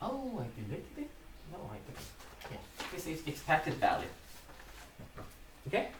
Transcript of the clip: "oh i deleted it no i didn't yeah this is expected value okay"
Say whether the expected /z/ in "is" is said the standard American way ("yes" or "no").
no